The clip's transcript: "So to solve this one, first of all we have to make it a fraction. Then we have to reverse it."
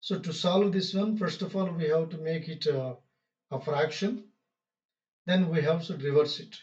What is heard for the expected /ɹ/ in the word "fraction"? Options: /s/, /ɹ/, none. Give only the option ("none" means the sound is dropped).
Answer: /ɹ/